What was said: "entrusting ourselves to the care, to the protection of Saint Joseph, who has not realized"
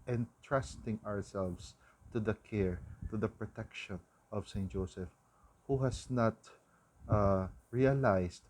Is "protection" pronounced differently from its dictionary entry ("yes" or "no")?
no